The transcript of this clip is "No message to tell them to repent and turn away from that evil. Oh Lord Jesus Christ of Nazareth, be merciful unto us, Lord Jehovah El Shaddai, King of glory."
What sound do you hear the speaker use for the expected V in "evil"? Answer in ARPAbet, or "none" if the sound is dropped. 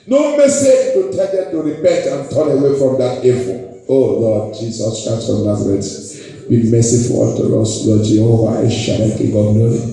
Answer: F